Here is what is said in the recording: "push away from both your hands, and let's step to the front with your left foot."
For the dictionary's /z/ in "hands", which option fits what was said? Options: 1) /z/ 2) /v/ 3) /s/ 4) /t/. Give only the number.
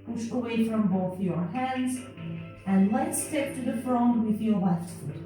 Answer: 1